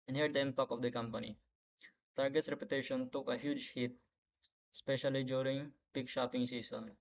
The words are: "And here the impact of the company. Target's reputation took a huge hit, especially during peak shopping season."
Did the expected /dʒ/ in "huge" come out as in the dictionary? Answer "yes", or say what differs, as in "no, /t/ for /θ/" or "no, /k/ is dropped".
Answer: yes